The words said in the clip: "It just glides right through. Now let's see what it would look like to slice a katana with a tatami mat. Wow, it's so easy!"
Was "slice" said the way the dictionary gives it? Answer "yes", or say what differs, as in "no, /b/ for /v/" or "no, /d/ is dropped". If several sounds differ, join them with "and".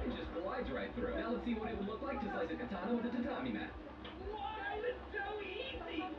no, /l/ is dropped